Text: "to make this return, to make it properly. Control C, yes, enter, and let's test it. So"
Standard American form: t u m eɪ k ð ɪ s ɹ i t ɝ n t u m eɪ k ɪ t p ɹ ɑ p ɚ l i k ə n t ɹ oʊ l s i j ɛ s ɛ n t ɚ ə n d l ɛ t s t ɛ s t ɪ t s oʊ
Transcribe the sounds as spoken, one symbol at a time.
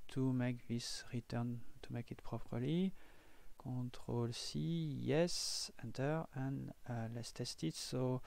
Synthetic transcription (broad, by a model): t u m eɪ k ð ɪ s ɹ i t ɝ n t u m eɪ k ɪ t p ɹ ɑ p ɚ l i k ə t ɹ oʊ l s i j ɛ s ɛ n t ɚ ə n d l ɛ s t ɛ s t ɪ t s oʊ